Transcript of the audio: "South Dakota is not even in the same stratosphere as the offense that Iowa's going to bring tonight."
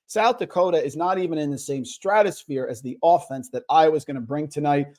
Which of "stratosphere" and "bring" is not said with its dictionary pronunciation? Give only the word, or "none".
none